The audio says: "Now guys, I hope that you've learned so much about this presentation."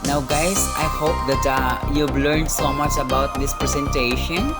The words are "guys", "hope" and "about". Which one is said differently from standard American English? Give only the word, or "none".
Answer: guys